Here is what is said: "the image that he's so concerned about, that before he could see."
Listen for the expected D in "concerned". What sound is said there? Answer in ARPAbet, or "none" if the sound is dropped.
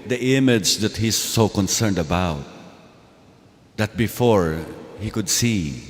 D